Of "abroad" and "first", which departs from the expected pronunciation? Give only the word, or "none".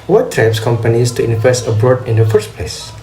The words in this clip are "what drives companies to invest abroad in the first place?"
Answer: none